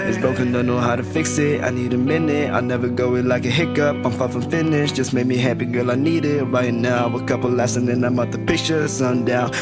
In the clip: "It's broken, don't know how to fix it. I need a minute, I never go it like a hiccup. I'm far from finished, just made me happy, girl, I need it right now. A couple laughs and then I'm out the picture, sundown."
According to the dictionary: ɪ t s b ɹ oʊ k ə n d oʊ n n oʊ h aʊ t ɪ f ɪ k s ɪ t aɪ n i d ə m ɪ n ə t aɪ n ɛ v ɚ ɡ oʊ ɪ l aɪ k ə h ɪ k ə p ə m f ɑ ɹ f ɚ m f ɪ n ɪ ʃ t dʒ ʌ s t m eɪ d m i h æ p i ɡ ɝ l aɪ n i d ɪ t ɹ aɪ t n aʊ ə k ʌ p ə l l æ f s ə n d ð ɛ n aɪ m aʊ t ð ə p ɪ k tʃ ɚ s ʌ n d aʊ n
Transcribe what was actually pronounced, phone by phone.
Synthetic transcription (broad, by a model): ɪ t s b oʊ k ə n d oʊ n n oʊ h aʊ t ɪ f ɪ k s ɪ t aɪ n i d ə m ɪ n ə t aɪ n ɛ v ɚ ɡ oʊ ɪ l aɪ k ə h ɪ k ə p ə m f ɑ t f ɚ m f ɪ n ɪ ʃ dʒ ʌ s m eɪ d m i h æ p i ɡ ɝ l aɪ n i d ɪ t ɹ aɪ t n aʊ ə k ʌ p l l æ s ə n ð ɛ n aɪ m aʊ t ð ə p ɪ k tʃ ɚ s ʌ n d aʊ n